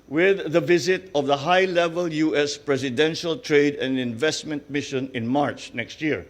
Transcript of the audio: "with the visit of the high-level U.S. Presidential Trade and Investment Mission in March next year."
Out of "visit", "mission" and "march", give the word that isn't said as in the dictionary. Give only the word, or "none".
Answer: none